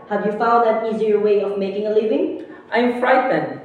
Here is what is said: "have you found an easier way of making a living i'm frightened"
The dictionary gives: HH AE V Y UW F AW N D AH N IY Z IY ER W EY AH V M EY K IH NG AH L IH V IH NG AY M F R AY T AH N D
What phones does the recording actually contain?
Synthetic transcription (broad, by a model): HH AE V Y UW F AW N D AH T IY Z IY ER W EY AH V M EY K IH NG AH L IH V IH NG AY M F R AY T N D